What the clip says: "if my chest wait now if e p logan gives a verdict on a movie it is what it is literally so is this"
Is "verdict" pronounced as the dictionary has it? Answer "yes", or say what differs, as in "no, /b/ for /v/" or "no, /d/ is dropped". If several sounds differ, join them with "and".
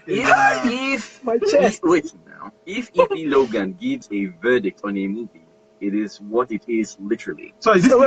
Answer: yes